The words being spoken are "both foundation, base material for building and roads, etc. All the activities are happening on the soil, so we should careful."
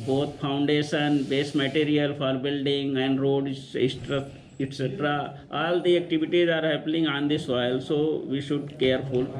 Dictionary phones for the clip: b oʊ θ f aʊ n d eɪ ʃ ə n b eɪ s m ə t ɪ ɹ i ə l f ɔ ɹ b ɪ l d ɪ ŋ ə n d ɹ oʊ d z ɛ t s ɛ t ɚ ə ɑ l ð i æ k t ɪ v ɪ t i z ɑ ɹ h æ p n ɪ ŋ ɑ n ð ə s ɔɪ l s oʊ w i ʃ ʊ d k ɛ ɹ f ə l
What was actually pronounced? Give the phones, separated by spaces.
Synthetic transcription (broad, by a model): b oʊ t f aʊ n d eɪ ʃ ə n b eɪ s m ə t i ɹ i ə l f ɔ ɹ b ɪ l d ɪ ŋ ə n d ɹ oʊ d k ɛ t s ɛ t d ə ɑ l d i æ k t ɪ v ɪ t i z ɑ ɹ h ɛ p l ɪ ŋ ɑ n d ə s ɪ l s oʊ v i ʃ ʊ d k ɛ ɹ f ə l